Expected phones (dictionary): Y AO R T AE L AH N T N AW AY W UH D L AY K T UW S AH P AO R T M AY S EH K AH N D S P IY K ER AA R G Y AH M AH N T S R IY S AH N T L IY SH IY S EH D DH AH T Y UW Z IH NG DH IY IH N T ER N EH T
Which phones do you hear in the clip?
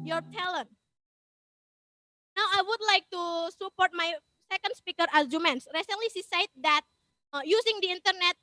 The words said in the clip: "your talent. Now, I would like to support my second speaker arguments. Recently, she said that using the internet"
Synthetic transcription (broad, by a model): Y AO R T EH L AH N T N AW AY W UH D L AY K T UW S AH P AO R T M AY S EH K AH N D S P IY K ER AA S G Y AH M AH N S R IY S AH N T L IY S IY S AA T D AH T Y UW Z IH NG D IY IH N T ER N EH T